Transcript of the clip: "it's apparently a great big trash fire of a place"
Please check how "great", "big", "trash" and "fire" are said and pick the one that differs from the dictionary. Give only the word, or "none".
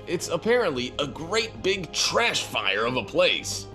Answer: none